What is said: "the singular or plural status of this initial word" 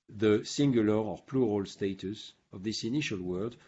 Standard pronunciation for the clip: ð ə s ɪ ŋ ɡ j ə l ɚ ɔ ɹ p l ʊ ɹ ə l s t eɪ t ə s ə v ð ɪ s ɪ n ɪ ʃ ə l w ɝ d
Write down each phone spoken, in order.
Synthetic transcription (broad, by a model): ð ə s ɪ ŋ ɡ j ə l ɚ ɔ ɹ p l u ɹ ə l s t eɪ t ə s ə v ð ɪ s ɪ n ɪ ʃ ə l w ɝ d